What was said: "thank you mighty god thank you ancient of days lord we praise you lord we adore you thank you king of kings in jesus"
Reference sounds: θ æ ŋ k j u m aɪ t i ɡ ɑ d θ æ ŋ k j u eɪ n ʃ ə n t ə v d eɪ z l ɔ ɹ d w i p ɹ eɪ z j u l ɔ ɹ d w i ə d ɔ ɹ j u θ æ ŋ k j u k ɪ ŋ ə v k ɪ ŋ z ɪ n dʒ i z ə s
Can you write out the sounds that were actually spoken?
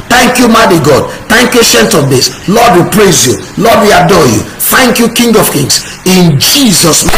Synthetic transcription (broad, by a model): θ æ ŋ k j u m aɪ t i ɡ ɑ d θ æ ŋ k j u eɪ ʃ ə n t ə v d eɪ s l ɔ d w i p ɹ eɪ z j u l ɔ d w i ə d ɔ j u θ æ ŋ k j u k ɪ ŋ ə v k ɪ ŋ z ɪ n dʒ i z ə s